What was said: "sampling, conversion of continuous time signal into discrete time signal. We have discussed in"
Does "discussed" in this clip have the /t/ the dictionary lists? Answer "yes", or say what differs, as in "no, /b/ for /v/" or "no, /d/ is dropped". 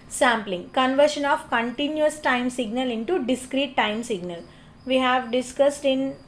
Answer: yes